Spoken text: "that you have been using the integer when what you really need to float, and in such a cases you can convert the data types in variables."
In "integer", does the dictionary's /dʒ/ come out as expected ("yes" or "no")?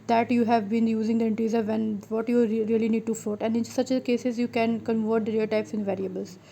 no